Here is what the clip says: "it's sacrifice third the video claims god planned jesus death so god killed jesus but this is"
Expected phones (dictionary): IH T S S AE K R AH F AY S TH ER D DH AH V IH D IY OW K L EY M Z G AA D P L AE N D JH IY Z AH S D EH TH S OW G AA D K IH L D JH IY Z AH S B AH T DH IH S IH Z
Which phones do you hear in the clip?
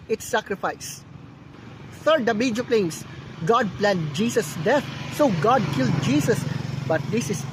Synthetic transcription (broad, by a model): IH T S S AE K R AH F AY S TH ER D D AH B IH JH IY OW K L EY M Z G AA D P L AE N D JH IY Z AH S D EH T S OW G AA D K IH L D JH IY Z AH S B AH T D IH S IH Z